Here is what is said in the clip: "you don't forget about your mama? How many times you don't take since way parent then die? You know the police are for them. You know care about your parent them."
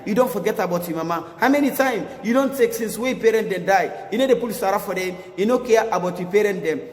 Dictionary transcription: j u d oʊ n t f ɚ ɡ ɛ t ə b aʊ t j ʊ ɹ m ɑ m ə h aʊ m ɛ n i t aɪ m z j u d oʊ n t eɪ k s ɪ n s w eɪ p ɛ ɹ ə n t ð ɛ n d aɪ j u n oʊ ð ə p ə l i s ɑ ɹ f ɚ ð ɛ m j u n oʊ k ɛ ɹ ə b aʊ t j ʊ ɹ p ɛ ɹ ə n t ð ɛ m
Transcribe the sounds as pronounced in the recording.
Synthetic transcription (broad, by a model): j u d oʊ n t f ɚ ɡ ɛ t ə b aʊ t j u m ɑ m ə h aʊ m ɛ n i t aɪ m j u d oʊ n t eɪ k s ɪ n s w eɪ p ɛ ɹ ə n t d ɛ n d aɪ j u n oʊ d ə p ə l i s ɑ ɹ f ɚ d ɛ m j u n oʊ k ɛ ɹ ə b aʊ t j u p ɛ ɹ ə n t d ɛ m